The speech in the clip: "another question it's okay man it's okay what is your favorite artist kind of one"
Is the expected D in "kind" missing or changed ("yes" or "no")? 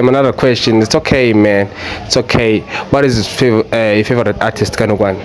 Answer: yes